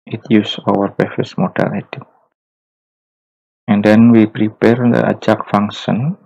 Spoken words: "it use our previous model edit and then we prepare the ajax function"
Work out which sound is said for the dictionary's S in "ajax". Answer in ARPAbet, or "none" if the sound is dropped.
none